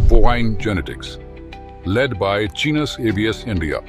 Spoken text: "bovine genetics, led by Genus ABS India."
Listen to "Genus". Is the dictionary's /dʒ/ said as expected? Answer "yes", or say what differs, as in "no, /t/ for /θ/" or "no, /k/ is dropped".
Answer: no, /tʃ/ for /dʒ/